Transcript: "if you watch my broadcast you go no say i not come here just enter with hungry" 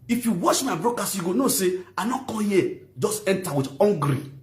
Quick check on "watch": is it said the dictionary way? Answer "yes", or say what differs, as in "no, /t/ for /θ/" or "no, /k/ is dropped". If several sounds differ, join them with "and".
no, /ʃ/ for /tʃ/